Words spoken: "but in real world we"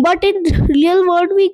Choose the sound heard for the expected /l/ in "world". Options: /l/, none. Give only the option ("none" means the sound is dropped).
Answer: none